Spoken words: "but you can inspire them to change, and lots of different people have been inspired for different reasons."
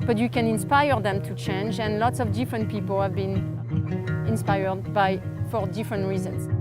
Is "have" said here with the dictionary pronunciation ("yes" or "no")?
yes